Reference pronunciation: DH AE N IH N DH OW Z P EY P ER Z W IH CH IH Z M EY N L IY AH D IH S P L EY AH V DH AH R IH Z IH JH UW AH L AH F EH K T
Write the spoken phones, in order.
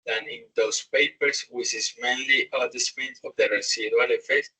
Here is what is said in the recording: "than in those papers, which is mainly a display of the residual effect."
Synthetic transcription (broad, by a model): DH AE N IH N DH OW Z P EY P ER S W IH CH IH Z M EY N L IY AH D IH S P N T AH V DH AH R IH S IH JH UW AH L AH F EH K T